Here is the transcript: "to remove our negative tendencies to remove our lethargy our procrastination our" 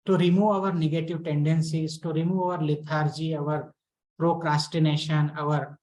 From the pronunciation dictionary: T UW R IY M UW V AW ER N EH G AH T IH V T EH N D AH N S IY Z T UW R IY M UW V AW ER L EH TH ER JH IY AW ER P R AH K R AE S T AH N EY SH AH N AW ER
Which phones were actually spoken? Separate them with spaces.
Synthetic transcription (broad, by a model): T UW R IY M UW V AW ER N EH G AH T IH V T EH N D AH N S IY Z T UW R IY M UW V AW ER L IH T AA JH IY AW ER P R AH K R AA S T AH N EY SH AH N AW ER